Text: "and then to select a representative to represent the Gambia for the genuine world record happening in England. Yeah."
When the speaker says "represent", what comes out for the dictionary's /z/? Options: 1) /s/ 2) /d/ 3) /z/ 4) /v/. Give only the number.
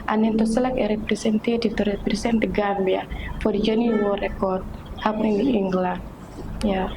1